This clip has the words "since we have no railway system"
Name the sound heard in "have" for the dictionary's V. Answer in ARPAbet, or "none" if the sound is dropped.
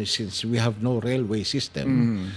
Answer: V